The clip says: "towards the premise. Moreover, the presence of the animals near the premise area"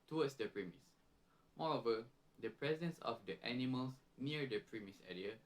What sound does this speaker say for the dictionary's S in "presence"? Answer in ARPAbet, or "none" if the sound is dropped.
S